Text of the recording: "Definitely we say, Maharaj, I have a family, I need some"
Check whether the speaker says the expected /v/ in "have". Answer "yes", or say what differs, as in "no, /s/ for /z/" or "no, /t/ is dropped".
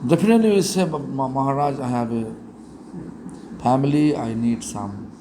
no, /b/ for /v/